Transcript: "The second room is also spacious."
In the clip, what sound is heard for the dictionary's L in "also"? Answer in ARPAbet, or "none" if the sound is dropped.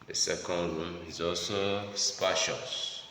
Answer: L